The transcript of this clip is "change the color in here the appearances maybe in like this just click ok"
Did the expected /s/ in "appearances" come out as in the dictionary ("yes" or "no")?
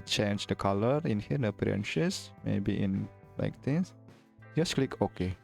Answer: no